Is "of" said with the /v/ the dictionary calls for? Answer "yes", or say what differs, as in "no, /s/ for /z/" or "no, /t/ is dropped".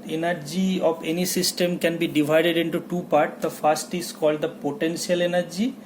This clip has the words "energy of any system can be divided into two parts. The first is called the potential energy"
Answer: no, /b/ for /v/